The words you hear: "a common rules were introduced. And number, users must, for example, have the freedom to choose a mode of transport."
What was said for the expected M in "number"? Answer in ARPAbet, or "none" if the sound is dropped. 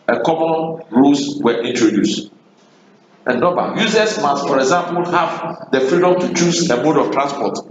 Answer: none